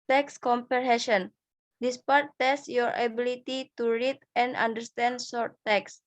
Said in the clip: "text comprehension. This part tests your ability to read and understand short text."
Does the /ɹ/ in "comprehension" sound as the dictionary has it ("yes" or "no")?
no